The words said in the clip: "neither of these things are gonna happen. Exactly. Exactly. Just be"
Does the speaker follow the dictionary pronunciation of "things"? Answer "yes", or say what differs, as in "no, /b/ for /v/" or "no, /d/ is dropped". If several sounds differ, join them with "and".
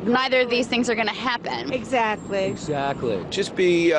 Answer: yes